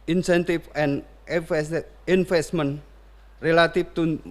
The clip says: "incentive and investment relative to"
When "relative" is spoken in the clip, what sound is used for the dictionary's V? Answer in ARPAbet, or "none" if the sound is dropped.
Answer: F